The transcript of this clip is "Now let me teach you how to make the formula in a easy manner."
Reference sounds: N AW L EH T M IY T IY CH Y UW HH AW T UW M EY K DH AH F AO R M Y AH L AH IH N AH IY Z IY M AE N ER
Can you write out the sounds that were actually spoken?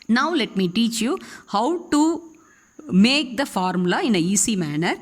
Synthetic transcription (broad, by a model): N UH L EH T M IY T IY CH Y UW HH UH T UW M EY K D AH F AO R M L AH IH N AH IY S IY M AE N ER